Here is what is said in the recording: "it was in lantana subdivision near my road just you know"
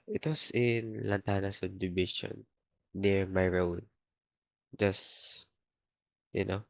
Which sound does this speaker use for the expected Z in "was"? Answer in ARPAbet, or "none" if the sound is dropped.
S